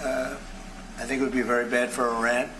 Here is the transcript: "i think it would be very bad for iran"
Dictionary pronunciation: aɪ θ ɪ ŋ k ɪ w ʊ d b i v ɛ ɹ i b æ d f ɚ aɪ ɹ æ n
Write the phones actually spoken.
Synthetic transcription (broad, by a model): aɪ θ ɪ ŋ k ɪ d b i v ɛ ɹ i b æ d f ɚ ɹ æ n